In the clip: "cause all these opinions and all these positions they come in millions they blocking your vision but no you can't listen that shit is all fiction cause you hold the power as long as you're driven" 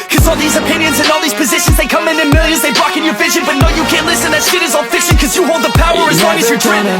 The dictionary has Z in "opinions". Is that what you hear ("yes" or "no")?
yes